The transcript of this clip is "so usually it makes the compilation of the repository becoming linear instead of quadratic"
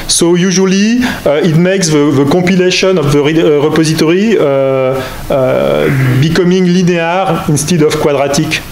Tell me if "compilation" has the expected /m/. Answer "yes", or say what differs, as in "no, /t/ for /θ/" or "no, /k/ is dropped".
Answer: no, /m/ is dropped